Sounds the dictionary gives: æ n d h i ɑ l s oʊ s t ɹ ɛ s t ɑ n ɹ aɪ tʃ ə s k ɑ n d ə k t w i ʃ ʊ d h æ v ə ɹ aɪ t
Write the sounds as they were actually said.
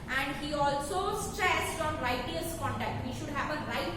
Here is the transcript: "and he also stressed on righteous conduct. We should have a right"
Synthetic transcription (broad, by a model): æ n d h i ɑ l s oʊ s t ɹ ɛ s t ɑ n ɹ aɪ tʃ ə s k ɑ n d ə k t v i ʃ ʊ d h æ v ə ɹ aɪ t